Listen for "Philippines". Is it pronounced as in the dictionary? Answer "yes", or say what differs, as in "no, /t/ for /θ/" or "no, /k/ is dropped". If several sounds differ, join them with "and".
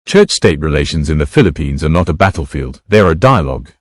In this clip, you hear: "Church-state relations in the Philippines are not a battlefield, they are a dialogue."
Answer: yes